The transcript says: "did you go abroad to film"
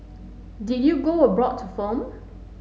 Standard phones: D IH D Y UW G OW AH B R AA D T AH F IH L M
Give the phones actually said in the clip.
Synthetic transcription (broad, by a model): D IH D Y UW G OW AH B R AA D T AH F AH M